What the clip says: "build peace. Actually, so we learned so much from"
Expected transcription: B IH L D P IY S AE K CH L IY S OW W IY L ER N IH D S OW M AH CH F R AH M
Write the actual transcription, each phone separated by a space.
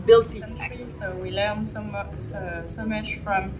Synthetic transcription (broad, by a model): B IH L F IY AE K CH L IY S OW W IY L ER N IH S S OW M AH CH F R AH M